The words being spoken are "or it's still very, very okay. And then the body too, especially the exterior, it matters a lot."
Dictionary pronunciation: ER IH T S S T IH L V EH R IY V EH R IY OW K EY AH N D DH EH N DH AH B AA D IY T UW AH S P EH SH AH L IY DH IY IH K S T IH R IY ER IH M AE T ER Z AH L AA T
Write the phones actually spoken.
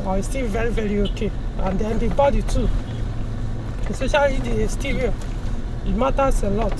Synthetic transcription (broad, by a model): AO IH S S T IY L V EH R IY V EH R IY OW K EY AH N D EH N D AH B AA D IY T UW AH S AO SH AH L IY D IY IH S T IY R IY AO IH M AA T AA S AH L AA T